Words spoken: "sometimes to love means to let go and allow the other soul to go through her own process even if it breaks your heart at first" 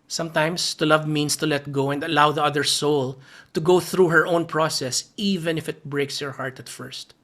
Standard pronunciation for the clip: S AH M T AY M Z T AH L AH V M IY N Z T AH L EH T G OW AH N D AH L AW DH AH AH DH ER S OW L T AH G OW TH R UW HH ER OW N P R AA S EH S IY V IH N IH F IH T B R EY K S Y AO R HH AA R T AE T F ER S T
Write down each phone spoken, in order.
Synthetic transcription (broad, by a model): S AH M T AY M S T AH L AH V M IY N S T AH L EH T G OW AH N D AH L AW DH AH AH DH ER S OW L T AH G OW TH R UW HH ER OW N P R AA S EH S IY V IH N IH F IH T B R EY K S Y AO R HH AA R T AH T F ER S T